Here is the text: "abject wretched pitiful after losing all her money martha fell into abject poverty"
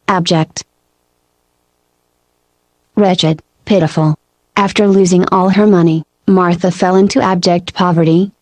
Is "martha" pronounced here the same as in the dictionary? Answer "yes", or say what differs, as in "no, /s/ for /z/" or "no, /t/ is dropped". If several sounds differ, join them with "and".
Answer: yes